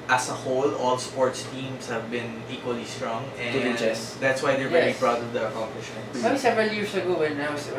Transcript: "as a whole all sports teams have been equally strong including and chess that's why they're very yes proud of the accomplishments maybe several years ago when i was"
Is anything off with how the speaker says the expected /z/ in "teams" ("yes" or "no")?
yes